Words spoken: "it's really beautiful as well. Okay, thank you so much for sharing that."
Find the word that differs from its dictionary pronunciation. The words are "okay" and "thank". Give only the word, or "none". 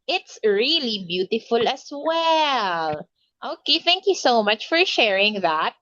none